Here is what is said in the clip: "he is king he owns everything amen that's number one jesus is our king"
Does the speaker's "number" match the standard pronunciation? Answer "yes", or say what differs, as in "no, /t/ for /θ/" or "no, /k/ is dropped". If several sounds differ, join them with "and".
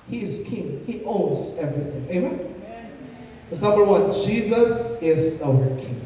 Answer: no, /b/ is dropped